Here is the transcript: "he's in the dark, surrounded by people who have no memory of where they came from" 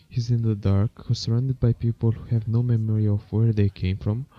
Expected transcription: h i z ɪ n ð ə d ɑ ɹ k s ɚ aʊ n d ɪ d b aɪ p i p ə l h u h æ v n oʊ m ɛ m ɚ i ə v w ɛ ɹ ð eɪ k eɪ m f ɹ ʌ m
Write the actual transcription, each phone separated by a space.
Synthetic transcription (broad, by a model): h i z ɪ n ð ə d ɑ ɹ k s ɚ aʊ n d ɪ d b aɪ p i p ə l h u h æ v n oʊ m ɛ m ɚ i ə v w ɛ ɹ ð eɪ k eɪ m f ɹ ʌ m